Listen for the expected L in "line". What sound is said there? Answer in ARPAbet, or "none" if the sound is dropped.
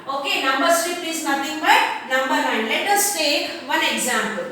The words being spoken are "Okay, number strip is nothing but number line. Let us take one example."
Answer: N